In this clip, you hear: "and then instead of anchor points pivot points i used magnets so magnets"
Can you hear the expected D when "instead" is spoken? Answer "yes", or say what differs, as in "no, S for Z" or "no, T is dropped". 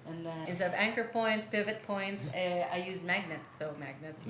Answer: no, D is dropped